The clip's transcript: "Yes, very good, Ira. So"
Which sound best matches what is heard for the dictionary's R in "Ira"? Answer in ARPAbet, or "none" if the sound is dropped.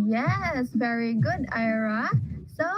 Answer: R